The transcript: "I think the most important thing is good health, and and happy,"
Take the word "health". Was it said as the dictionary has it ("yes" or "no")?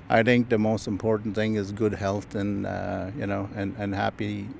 yes